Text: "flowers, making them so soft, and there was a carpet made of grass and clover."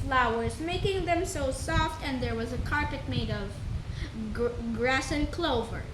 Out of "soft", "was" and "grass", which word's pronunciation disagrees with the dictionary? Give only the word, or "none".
none